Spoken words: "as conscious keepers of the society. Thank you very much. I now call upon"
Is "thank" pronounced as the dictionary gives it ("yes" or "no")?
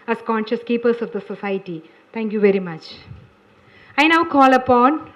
no